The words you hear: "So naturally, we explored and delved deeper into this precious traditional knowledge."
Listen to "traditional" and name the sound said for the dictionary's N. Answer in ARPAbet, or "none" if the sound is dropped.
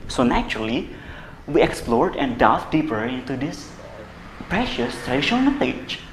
none